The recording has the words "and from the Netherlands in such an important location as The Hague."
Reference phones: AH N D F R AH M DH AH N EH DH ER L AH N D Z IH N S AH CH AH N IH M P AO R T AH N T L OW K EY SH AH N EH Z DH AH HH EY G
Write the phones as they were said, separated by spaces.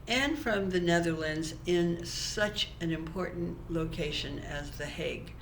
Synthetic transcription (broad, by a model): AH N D F R AH M DH AH N EH DH ER L AH N D Z IH N S AH CH AH N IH M P AO R T N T L OW K EY SH AH N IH Z DH AH HH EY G